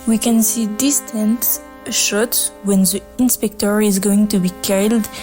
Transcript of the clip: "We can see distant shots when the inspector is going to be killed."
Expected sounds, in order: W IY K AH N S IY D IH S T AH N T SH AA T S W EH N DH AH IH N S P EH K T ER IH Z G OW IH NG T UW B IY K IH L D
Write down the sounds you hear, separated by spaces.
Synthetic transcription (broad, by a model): W IY K AH N S IY D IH S T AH N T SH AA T W EH N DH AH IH N S P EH K T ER IH Z G OW IH NG T UW B IY K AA L D